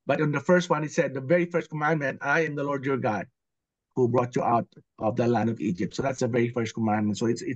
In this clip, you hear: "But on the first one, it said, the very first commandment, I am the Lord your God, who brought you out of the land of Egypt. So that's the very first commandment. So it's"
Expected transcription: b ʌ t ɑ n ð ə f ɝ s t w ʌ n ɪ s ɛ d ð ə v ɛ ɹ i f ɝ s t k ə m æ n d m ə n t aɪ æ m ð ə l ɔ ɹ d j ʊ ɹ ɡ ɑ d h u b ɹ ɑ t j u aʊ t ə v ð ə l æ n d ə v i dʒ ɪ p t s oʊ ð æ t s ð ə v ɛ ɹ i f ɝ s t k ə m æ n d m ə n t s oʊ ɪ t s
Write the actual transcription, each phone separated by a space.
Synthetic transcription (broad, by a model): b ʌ t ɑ n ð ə f ɝ s t w ʌ n ɪ s ɛ d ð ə v ɛ ɹ i f ɝ s t k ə m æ n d m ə n t aɪ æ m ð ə l ɔ ɹ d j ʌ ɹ ɡ ɑ d h u b ɹ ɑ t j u aʊ t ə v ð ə l æ n d ə v i dʒ ɪ p t s oʊ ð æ t s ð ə v ɛ ɹ i f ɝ s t k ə m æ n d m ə n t s oʊ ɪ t s